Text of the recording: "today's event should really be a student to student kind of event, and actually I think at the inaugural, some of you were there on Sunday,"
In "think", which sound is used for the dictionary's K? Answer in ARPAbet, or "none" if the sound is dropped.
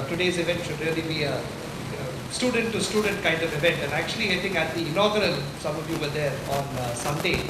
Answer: none